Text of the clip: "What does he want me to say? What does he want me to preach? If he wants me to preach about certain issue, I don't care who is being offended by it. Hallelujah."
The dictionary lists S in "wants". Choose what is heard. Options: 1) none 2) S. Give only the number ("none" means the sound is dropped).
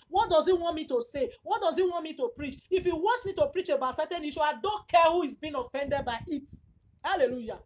2